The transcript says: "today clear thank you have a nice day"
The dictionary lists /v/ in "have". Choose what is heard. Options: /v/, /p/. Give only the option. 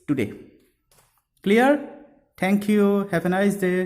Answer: /p/